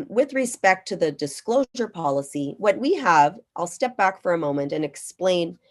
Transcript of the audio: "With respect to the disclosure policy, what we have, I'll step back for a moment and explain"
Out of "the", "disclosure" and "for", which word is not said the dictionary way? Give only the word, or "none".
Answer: none